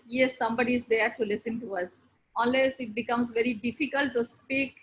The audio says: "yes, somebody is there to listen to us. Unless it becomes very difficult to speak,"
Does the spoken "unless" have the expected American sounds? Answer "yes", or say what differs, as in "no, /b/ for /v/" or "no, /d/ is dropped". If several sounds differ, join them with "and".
no, /l/ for /n/